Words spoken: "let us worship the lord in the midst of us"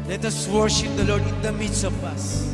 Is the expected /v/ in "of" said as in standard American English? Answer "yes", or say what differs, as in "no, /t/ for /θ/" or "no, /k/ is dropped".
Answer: no, /p/ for /v/